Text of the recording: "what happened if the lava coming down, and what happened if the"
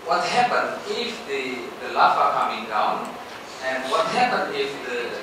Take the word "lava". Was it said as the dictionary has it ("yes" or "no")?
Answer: no